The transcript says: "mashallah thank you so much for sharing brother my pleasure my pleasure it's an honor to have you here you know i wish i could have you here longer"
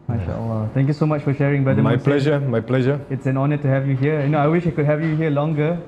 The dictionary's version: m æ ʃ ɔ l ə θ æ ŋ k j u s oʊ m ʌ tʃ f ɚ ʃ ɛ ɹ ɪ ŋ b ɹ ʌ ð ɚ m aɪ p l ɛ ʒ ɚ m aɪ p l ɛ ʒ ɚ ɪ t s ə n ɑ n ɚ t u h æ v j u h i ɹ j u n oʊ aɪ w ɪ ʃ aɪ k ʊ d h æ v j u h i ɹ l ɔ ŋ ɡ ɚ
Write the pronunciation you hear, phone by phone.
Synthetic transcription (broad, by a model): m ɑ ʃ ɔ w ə t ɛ ŋ k j u s oʊ m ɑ tʃ f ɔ ʃ ɛ ɹ ɪ ŋ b ʌ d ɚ m aɪ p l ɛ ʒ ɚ m aɪ p l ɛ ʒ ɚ ɪ t s ə n ɑ n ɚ t u h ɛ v j u h i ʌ j u n oʊ aɪ w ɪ ʃ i k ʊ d h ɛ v j u h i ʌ l ɔ ŋ ɡ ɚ